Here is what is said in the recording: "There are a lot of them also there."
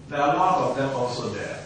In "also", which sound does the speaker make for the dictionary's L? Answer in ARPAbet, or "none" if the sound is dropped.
L